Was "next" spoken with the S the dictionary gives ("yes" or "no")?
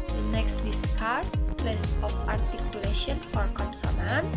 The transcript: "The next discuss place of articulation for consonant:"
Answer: yes